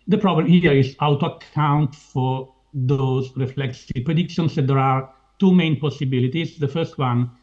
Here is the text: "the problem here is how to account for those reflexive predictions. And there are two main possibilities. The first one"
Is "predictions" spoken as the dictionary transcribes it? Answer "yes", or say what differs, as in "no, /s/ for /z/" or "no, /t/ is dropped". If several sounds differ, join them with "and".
no, /s/ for /z/